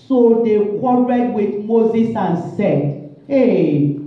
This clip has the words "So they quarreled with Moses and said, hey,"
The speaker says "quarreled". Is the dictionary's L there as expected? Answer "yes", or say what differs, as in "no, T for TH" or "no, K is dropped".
no, L is dropped